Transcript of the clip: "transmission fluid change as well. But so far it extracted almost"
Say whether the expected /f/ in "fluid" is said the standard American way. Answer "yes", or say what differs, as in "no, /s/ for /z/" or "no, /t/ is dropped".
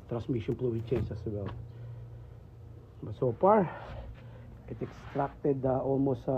no, /p/ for /f/